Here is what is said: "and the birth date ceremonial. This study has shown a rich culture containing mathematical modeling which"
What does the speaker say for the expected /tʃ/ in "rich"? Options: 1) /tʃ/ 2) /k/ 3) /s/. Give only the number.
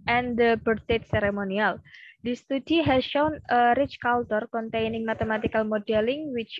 1